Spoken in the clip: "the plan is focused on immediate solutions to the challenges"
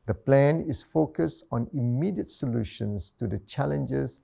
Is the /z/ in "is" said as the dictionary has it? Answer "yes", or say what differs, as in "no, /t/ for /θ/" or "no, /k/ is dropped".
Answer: no, /s/ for /z/